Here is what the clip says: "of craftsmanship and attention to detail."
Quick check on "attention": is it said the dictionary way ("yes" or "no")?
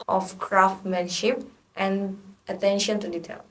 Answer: yes